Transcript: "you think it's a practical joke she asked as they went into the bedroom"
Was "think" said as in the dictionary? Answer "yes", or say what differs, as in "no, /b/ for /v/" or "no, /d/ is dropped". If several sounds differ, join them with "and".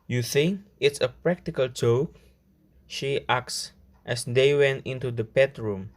yes